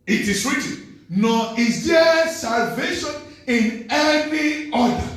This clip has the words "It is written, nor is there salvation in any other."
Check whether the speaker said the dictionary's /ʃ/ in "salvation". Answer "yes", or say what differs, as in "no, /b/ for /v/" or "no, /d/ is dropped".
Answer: yes